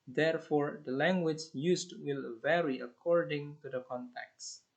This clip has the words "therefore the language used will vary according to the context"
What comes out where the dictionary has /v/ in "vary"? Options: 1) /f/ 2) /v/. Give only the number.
2